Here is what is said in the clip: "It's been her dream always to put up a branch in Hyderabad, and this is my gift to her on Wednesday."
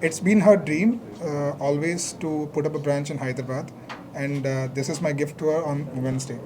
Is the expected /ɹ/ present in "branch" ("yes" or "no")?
yes